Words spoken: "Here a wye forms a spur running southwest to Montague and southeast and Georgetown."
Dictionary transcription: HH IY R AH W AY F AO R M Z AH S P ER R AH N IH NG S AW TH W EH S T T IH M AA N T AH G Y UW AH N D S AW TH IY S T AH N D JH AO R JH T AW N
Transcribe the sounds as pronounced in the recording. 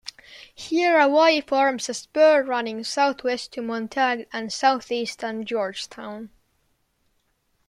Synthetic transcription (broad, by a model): HH IY R AH W AY F AO R M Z AH S P ER R AH N IH NG S AW TH W EH S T T IH M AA N T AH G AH N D S AW TH IY S T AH N JH AO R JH T AW N